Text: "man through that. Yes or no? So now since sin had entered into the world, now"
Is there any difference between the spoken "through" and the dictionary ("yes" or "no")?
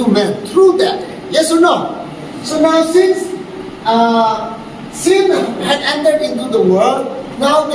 yes